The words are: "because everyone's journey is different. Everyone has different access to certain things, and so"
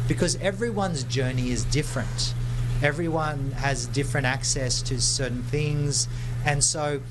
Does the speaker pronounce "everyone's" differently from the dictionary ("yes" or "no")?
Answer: no